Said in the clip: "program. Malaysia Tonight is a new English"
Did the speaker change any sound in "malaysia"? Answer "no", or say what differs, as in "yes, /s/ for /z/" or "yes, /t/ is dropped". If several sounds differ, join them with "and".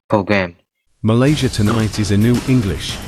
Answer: no